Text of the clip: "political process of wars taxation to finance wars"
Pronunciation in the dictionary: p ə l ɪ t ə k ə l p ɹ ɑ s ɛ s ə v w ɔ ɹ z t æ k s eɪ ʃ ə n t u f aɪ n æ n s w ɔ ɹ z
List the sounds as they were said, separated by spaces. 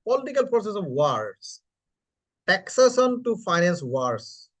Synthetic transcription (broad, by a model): p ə l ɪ t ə k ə l p ɹ ɑ s ɛ s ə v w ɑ ɹ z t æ k s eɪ s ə n t u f aɪ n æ n s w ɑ ɹ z